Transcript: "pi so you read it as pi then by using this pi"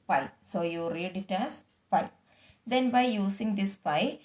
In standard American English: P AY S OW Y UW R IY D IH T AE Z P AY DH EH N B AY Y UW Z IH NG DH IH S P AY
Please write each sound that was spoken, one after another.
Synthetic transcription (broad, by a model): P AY S OW Y UW R IY D IH T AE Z P AY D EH N B AY Y UW S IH NG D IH S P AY